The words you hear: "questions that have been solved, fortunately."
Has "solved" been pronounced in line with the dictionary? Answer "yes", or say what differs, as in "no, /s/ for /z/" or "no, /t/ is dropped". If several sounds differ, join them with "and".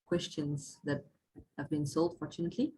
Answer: no, /v/ is dropped